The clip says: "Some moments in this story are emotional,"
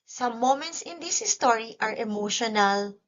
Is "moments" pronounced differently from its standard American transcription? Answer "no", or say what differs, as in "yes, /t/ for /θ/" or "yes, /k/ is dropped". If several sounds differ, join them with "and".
no